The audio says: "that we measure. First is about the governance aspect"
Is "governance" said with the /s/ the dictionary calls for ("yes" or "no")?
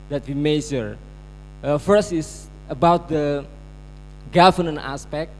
no